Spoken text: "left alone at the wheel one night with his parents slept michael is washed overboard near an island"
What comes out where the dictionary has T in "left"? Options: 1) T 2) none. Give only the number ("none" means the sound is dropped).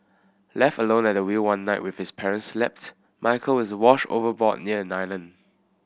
1